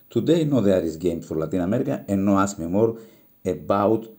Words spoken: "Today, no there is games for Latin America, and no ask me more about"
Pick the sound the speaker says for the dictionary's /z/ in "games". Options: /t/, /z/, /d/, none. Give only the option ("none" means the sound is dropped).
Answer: none